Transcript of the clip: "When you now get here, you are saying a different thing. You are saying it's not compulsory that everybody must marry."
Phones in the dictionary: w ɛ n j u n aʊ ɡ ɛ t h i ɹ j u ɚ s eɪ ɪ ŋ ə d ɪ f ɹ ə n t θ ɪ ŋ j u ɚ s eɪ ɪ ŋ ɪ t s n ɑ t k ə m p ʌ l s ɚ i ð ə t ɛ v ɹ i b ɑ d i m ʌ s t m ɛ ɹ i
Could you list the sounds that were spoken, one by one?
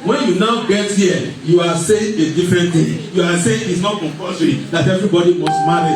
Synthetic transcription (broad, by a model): w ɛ n j u n aʊ ɡ ɛ t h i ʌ j u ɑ s eɪ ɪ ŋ ə d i f ɹ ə n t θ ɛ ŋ j u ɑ s eɪ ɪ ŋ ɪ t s n ɑ t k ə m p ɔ s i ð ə t ɛ v ɹ i b ɑ d i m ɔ s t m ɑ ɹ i